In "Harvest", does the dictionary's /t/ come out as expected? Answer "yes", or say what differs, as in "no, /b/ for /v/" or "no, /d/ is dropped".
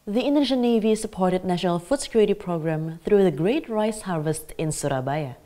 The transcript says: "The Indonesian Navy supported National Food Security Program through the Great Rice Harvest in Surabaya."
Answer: yes